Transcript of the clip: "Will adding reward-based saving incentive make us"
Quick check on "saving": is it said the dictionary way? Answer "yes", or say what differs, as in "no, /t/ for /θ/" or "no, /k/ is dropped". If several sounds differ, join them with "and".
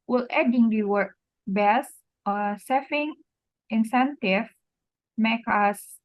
no, /f/ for /v/